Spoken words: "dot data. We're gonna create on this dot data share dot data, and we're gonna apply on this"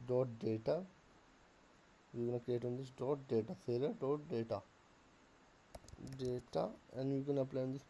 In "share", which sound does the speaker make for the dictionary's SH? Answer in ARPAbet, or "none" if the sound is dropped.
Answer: S